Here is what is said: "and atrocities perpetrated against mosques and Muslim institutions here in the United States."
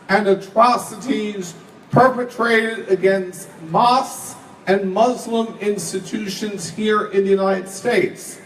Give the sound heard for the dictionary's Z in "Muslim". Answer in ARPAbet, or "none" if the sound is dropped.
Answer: Z